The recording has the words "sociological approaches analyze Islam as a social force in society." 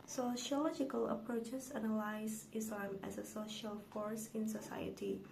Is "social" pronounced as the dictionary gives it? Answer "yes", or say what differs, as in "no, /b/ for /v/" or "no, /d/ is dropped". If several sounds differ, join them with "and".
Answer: yes